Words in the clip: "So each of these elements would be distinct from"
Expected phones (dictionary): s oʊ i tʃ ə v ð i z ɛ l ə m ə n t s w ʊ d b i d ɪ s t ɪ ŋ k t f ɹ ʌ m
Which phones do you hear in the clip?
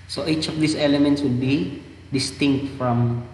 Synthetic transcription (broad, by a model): s oʊ i tʃ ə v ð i s ɛ l ə m ə n t s w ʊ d b i d ɪ s t ɪ ŋ k t f ɹ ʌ m